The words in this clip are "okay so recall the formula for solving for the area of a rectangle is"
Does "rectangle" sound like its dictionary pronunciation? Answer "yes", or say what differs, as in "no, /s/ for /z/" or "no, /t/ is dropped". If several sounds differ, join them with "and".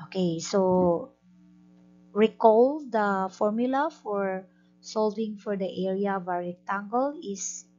no, /k/ is dropped